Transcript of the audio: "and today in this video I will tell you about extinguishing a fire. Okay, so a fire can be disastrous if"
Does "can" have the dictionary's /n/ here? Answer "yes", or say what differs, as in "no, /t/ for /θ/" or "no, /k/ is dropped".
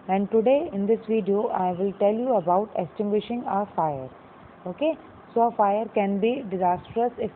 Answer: yes